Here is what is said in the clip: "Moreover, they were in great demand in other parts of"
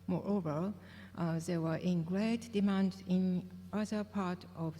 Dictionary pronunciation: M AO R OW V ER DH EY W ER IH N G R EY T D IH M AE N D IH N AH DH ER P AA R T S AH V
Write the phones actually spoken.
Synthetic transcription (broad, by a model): M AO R OW V ER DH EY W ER IH N G R EY T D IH M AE N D IH N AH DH ER P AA R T AH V